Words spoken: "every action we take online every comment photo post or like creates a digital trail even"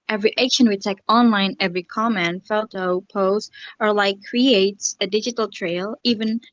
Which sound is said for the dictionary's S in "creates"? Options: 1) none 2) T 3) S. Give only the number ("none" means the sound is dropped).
3